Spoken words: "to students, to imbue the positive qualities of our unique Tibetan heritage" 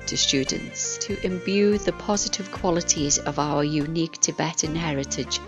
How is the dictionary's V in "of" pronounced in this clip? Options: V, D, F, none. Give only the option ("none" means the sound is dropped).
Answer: V